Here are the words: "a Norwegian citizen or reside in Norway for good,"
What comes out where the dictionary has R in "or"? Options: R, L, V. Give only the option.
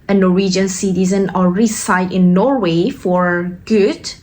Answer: L